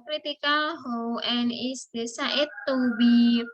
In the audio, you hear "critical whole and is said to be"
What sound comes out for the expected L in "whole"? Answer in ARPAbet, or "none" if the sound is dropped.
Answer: N